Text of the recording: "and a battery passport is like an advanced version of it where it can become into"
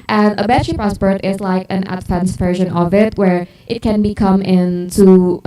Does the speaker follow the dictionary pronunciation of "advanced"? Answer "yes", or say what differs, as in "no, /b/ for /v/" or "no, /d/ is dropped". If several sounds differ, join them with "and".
no, /f/ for /v/